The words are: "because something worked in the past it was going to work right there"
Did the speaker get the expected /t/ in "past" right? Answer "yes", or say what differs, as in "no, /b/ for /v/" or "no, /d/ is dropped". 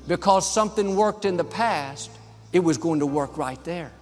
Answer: yes